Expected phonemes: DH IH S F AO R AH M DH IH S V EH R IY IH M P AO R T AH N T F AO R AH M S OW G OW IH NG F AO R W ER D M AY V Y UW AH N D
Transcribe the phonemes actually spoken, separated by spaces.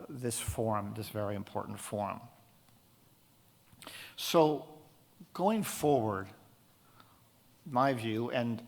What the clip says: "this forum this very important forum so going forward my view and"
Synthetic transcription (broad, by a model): DH IH S F AO R M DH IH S V EH R IY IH M P AO R T N T F AO R M S OW G OW IH NG F AO R W ER D M AY V Y UW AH N